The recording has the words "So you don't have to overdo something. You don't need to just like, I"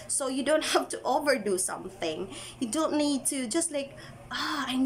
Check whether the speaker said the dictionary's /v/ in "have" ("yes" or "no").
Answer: no